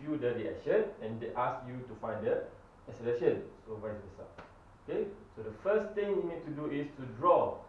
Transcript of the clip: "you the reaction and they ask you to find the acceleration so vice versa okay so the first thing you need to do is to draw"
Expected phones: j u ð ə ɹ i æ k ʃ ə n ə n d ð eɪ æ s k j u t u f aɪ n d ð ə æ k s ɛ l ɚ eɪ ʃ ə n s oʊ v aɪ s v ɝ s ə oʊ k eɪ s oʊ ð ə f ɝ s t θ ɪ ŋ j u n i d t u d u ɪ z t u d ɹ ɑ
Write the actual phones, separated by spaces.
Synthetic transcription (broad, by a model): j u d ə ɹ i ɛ ʃ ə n ə n d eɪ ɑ s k j u t u f aɪ n d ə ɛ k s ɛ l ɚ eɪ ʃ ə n s oʊ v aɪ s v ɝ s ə oʊ k eɪ s oʊ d ə f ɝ s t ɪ ŋ j u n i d t u d u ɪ s t u d ɹ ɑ